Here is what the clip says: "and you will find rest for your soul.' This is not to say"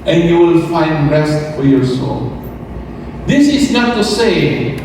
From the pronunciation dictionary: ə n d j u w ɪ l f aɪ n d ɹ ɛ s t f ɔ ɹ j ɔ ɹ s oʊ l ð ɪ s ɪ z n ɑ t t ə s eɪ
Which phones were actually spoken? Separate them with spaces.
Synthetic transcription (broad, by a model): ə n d j u w ɪ l f aɪ n d ɹ ɛ s t f ɔ ɹ j ɔ ɹ s oʊ l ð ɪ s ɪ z n ɑ t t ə s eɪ